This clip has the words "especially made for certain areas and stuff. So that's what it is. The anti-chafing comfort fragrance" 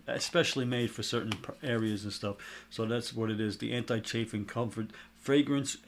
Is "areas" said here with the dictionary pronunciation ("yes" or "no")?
yes